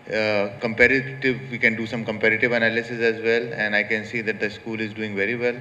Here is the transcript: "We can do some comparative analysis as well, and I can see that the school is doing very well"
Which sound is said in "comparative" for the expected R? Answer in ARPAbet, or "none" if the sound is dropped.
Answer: R